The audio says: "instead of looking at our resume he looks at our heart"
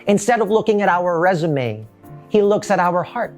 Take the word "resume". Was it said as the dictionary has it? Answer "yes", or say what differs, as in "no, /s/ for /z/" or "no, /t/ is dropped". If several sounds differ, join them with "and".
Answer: yes